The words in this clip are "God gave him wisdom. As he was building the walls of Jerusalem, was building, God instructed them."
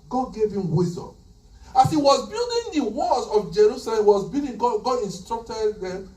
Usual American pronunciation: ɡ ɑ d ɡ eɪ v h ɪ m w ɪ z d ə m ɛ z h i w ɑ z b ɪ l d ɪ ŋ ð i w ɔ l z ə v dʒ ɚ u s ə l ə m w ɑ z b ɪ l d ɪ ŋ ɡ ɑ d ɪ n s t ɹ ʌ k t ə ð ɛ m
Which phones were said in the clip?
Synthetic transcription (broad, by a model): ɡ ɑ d ɡ eɪ v h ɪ m w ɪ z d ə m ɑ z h i w ɑ z b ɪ l d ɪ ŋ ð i w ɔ z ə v dʒ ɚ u s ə l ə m w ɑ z b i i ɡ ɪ ɡ ɑ d ɪ n s t ɹ ʌ k t ə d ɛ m